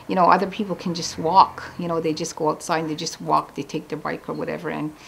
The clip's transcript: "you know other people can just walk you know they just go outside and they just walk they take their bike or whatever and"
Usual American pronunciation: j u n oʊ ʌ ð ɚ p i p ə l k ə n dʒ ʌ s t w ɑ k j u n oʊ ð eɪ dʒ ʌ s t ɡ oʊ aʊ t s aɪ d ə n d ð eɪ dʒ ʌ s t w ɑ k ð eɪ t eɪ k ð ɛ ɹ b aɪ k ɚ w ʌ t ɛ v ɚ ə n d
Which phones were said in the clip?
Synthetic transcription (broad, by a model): j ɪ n oʊ ʌ ð ɚ p i p l k ə n dʒ ʌ s t w ɑ k j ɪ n oʊ ð eɪ dʒ ʌ s ɡ oʊ aʊ t s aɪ ə d ð eɪ dʒ ʌ s t w ɑ k ð eɪ t eɪ k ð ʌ ɹ b aɪ k ɚ w ʌ t ɛ v ɚ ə n